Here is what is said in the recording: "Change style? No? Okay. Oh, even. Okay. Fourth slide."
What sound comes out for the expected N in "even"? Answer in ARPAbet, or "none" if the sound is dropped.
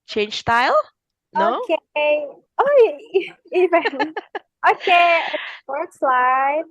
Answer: L